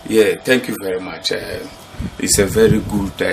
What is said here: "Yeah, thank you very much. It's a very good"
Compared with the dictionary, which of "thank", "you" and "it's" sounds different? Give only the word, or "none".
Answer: thank